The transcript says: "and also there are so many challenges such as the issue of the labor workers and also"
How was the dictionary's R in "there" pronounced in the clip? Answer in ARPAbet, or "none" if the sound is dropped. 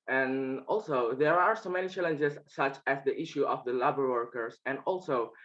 R